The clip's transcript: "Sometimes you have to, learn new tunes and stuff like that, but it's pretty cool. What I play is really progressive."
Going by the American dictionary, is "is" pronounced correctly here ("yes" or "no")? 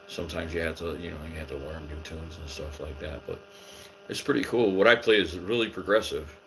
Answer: yes